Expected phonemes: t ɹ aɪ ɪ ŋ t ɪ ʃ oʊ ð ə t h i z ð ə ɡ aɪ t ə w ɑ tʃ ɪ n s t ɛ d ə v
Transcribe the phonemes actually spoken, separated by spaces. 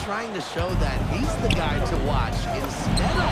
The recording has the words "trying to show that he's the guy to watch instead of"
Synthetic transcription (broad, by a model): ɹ aɪ ɪ ŋ t ɪ ʃ oʊ ð ə t h i z ð ə ɡ aɪ t ə w ɑ tʃ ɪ s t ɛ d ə